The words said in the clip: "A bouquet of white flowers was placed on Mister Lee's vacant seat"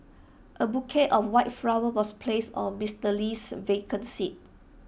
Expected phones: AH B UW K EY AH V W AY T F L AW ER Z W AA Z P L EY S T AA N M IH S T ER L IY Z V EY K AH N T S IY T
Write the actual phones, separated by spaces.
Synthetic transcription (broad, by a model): AH B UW K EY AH F W AY T F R AW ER W AA S P L EY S AA N M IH S T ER L IY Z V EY K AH N S IY T